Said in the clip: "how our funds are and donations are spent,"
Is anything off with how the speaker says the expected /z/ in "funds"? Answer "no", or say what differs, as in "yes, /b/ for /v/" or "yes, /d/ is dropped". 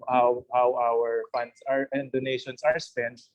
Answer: yes, /s/ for /z/